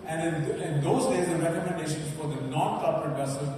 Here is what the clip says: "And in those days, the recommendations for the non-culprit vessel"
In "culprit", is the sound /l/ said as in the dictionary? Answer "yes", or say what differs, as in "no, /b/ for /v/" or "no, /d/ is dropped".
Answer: no, /l/ is dropped